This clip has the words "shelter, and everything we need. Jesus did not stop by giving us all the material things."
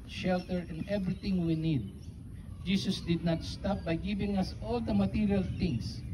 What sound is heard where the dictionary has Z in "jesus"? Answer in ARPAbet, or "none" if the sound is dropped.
S